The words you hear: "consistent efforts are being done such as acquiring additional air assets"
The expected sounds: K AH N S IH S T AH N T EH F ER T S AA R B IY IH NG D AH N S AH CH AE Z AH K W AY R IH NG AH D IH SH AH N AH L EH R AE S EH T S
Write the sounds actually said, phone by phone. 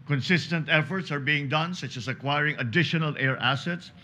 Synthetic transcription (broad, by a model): K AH N S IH S T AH N T EH F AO T S AA R B IY IH NG D AH N S AH CH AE S AH K W AY R IH NG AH D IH SH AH N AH L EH R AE S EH T S